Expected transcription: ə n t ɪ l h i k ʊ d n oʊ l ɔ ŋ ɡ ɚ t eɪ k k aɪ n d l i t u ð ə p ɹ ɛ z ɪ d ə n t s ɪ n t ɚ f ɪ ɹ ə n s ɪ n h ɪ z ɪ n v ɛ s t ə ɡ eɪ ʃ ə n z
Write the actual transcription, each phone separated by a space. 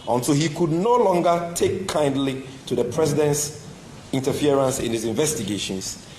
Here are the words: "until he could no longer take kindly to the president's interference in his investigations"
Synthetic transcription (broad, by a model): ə n t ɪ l h i k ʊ d n oʊ l ɔ ŋ ɡ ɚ t eɪ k k aɪ n d l i t u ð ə p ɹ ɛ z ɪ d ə n t s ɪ n t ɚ f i ɹ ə n s ɪ n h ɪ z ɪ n v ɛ s t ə ɡ eɪ ʃ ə n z